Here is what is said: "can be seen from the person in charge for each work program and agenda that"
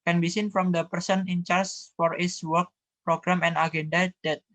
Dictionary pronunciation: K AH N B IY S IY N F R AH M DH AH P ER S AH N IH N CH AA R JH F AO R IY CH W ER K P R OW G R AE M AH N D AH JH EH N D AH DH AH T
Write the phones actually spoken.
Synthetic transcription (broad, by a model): K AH N B IY S IY N F R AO M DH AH P ER S AH N IH N CH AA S F AO R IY S W ER K P R OW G R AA M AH N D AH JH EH N D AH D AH T